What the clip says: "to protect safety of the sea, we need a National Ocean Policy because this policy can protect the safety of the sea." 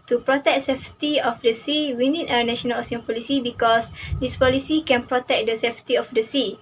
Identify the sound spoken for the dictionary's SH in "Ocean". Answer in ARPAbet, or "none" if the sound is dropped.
S